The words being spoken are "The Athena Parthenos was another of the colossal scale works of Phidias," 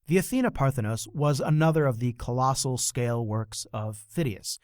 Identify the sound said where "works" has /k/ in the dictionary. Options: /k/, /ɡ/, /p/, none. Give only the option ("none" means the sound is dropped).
/k/